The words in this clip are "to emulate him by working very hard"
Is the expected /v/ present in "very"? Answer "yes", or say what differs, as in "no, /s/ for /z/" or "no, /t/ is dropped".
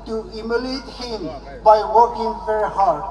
no, /f/ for /v/